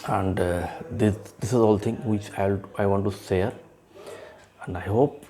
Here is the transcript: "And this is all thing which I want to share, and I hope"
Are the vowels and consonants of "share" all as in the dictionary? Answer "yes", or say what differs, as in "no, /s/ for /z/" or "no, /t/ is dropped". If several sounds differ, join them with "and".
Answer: no, /s/ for /ʃ/